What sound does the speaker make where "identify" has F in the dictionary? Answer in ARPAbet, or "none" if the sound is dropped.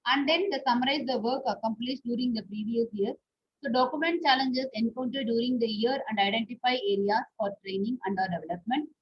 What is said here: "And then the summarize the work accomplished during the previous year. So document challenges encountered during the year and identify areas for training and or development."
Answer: F